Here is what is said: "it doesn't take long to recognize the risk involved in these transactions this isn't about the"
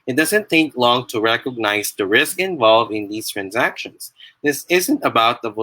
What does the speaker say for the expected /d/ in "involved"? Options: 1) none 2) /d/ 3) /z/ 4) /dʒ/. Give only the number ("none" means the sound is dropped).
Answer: 1